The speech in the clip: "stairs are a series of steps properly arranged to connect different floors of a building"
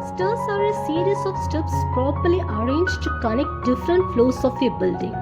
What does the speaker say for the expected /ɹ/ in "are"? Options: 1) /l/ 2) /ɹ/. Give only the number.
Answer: 2